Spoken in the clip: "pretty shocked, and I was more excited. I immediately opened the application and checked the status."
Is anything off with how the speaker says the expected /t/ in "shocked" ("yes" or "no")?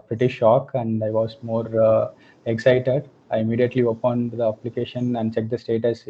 yes